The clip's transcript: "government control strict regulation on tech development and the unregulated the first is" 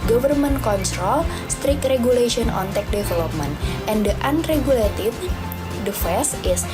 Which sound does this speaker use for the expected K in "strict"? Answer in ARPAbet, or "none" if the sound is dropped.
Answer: K